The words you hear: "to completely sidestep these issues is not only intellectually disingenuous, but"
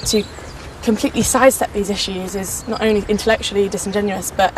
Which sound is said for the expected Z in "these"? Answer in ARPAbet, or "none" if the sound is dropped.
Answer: Z